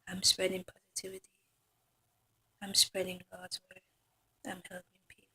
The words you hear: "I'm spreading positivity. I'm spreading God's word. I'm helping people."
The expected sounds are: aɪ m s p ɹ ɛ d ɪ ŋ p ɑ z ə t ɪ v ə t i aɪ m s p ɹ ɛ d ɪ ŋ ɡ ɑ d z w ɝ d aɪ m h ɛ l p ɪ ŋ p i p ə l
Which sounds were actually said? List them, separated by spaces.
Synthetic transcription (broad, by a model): aɪ m s p ɹ ɛ d ɪ ŋ p ɑ z ə t ɪ v ə t i aɪ m s p ɹ ɛ d ɪ ŋ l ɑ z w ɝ aɪ m h ɛ l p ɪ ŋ p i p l